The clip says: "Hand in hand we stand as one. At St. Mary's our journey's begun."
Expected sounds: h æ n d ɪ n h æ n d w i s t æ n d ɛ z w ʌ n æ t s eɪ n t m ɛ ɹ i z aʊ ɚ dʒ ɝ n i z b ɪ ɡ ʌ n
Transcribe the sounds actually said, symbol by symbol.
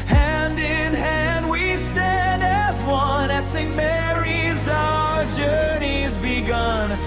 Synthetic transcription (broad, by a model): h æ n d ɪ n h æ n d w i s t æ n d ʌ z w ʌ n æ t s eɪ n m ɛ ɹ i z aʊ ɚ dʒ ɝ n i z b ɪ ɡ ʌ n